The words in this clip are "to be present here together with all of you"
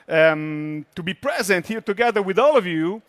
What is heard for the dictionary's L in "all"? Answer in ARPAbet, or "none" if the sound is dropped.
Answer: L